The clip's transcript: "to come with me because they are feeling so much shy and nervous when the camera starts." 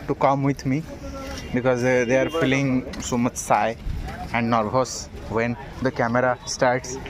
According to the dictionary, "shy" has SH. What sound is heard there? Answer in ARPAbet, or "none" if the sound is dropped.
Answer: S